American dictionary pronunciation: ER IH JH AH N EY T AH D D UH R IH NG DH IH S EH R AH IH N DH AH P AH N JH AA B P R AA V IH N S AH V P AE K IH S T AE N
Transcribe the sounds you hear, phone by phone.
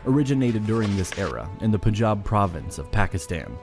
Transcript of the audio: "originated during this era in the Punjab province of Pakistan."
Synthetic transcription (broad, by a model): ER IH JH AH N EY T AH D D UH R IH NG DH IH S EH R AH IH N DH AH P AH JH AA B P R AA V IH N S AH V P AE K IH S T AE N